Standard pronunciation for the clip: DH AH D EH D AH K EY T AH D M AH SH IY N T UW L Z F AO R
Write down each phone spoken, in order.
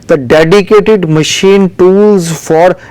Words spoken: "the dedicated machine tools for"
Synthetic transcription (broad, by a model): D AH D EH D AH K EY T AH D M AH SH IY N T UW L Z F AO R